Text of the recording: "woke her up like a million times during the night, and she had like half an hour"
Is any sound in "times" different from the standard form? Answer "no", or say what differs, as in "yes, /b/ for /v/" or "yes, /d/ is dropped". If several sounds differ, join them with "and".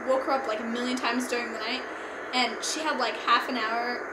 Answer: no